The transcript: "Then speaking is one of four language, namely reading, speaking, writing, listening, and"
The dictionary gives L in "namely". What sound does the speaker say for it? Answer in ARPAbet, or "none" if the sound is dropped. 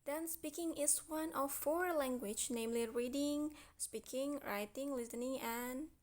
L